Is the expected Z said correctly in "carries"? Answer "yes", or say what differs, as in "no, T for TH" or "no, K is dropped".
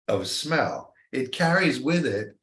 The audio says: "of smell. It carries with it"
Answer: yes